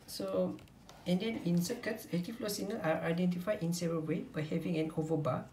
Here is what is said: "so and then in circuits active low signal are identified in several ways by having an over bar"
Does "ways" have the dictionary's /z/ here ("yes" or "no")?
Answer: no